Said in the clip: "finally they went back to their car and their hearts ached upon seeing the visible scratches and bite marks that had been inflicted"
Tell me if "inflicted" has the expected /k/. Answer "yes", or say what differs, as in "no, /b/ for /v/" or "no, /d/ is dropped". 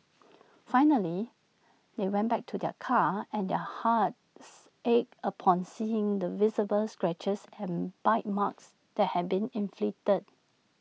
no, /k/ is dropped